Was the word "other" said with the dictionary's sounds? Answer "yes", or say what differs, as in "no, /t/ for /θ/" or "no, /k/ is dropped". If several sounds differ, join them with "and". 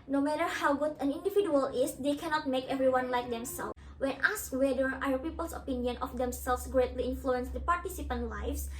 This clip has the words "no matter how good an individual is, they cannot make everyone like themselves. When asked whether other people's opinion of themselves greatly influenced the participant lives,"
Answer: no, /ð/ is dropped